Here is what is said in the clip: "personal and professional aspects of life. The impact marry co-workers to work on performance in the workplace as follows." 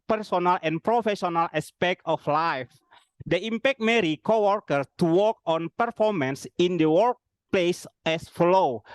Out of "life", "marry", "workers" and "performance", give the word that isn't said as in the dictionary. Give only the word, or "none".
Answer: workers